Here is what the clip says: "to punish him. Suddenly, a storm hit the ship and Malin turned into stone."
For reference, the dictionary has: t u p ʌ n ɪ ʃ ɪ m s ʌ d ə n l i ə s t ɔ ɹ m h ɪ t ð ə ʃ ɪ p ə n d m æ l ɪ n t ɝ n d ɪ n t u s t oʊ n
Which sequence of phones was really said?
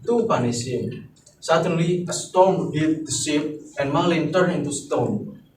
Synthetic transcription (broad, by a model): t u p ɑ n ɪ s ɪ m s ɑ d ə n l i ə s t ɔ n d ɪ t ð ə s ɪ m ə n m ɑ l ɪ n t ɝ n ɪ n t u s t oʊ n